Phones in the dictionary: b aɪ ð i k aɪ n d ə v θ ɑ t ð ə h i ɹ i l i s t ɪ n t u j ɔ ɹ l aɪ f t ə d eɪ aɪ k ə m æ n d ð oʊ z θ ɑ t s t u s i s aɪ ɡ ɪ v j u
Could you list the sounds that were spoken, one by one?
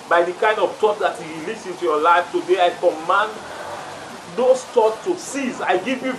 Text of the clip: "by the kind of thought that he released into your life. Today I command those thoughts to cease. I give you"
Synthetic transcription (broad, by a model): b aɪ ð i k aɪ n d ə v t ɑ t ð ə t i l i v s ɪ n t u j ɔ l aɪ f t ə d eɪ aɪ k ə m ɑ n d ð oʊ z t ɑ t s t u s i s aɪ ɡ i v j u